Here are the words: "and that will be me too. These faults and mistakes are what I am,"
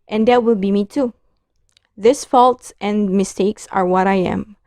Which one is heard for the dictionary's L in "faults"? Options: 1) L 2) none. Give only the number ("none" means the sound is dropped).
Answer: 1